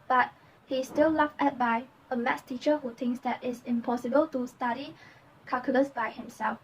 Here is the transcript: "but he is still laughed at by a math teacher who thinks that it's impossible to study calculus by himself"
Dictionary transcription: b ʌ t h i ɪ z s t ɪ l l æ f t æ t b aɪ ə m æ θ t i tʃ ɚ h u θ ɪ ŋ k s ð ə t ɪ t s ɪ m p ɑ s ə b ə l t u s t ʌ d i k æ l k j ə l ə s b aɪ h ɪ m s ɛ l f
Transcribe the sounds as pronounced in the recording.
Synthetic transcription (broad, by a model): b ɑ t h i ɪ s t ɪ l l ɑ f ɛ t b aɪ ə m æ s t i tʃ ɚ h u t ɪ ŋ k s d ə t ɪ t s ɪ m p ɑ s ə b ə l t u s t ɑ d i k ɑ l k j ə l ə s b aɪ h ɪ m s ɛ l f